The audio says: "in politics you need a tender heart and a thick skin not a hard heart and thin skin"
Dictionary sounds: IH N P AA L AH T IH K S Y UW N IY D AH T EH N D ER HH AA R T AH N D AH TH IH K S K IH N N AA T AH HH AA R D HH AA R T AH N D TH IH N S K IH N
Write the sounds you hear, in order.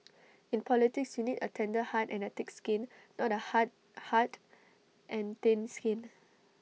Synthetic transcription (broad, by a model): IH N P AA L AH T IH K S Y UW N IY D AH T EH N D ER HH AA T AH N AH T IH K S K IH N N AA T AH HH AA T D HH AA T T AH N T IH N S K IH N